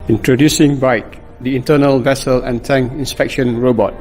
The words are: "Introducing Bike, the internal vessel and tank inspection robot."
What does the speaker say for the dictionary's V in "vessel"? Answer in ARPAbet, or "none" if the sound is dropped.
V